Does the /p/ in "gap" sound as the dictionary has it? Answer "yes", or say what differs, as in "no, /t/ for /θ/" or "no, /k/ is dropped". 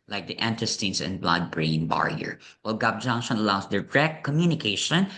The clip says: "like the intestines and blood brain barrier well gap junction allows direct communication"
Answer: no, /b/ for /p/